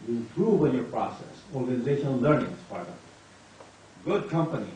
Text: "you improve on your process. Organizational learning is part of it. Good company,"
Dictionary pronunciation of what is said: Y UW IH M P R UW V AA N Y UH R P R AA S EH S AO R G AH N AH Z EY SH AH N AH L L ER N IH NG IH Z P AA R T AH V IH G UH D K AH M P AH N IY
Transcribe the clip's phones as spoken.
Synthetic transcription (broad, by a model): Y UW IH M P R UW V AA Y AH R P R AA S EH S AO R G AH N AH Z EY SH AH N AH L L ER N IH NG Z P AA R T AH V G UH D K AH M P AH N IY